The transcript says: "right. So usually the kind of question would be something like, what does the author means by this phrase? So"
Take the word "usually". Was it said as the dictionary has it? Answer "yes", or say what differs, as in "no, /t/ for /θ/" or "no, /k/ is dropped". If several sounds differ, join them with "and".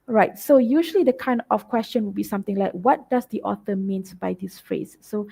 yes